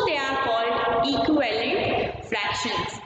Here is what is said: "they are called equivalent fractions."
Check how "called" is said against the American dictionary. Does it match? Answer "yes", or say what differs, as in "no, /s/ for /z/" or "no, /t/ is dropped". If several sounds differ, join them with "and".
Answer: yes